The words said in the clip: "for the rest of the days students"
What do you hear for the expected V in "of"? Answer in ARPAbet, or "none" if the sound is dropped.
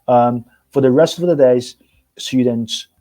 V